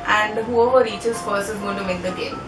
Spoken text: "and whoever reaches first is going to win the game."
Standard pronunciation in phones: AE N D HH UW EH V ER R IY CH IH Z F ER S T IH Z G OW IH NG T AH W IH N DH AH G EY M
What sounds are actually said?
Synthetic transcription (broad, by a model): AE N D HH UW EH V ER R IY CH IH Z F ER S IH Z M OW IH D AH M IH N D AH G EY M